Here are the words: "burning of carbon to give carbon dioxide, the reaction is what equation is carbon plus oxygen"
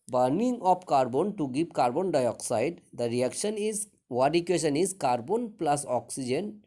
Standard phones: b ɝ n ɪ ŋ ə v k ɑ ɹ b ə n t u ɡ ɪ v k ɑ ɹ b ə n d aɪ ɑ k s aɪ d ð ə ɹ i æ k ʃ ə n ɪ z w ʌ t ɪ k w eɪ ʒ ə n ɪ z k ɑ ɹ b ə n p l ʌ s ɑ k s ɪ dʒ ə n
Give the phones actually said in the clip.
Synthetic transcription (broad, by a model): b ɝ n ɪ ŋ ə p k ɑ ɹ b ə n t u ɡ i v k ɑ ɹ b ə n d aɪ ɑ k s aɪ d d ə ɹ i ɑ k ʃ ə n ɪ z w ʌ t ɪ k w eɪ ʃ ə n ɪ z k ɑ ɹ b ə n p l ʌ s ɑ k s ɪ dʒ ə n